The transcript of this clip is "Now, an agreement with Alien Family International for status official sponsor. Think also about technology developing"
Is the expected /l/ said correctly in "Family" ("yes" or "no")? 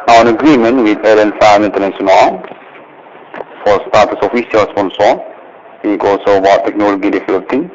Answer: no